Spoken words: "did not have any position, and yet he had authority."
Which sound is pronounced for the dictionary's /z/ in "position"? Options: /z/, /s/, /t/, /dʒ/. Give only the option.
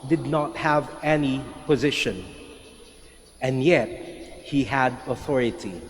/z/